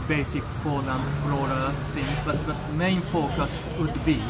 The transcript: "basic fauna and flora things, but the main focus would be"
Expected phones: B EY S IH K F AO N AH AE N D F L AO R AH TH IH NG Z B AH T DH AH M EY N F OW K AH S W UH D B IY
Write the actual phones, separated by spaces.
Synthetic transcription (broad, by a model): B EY S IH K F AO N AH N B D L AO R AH F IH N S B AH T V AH M EY N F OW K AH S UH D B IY